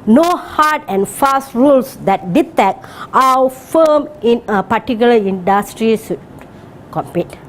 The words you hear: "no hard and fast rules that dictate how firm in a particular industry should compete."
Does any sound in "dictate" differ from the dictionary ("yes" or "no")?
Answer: yes